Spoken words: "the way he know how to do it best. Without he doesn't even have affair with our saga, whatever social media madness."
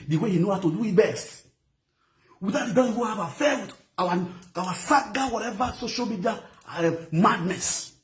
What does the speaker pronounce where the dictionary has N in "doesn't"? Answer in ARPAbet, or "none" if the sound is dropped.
none